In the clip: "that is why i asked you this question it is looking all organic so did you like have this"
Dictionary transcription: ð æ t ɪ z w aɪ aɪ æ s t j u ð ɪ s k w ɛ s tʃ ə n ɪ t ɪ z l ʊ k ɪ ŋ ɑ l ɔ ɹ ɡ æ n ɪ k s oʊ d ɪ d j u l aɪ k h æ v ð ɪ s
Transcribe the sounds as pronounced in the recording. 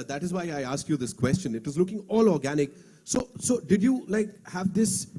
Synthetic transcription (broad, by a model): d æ t ɪ z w aɪ aɪ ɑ s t j u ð ɪ s k w ɛ s tʃ ə n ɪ t ɪ z l ʊ k ɪ ŋ ɑ l ɔ ɹ ɡ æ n ɪ k s oʊ d ɪ d j u l aɪ k h æ v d ɪ s